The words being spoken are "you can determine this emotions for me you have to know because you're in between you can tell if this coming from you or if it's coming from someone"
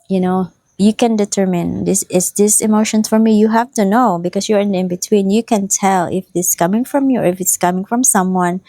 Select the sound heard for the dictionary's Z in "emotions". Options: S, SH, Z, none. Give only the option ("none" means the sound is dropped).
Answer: none